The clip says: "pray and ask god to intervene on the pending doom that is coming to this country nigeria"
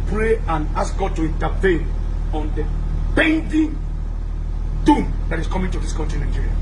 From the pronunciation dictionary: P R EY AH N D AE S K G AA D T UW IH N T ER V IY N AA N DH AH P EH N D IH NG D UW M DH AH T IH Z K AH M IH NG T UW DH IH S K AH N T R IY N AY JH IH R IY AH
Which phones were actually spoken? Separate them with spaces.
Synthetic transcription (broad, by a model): P R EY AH N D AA S K G AA D T UW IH N T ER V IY N AA N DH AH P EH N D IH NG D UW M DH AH T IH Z K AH M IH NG T UW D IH S K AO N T IY N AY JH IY R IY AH